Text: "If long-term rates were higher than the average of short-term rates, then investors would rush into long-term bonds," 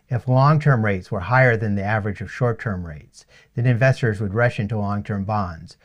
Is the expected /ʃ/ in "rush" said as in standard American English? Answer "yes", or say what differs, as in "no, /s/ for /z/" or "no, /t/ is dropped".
yes